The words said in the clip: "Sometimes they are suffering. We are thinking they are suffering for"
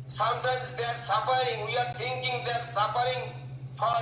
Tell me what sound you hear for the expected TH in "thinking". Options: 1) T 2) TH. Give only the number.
1